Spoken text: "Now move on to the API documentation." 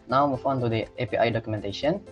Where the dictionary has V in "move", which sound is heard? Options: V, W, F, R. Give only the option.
F